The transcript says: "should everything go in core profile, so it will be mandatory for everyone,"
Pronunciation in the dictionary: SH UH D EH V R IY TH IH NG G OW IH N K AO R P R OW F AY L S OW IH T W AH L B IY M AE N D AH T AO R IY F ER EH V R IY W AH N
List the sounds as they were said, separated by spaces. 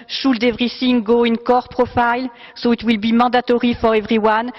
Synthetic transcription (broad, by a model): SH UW D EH V R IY S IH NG G OW IH N K AO R P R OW F AY L S OW IH T W AH L B IY M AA D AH T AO R IY F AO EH V R IY W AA N